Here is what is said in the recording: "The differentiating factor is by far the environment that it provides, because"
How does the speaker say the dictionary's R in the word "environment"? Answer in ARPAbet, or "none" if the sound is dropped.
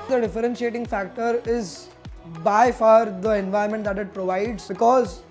none